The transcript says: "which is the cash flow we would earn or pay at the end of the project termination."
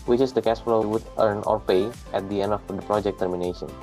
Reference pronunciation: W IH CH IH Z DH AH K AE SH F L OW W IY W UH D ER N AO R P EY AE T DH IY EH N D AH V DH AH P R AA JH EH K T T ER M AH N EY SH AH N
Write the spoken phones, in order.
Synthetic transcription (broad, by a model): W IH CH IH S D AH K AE S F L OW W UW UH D ER N AO R P EY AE T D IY EH N D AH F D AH P R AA JH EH K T T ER M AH N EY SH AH N